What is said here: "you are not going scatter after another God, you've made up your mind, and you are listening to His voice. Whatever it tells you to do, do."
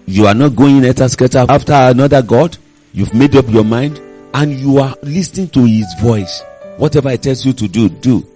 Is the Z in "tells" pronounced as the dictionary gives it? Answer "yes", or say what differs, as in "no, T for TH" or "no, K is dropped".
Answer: no, S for Z